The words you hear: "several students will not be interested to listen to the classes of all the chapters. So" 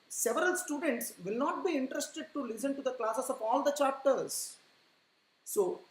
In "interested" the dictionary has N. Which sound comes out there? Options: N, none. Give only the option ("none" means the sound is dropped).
N